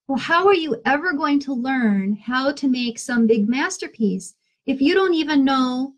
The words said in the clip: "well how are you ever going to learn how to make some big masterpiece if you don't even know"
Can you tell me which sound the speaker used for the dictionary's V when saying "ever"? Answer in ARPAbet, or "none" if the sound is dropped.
V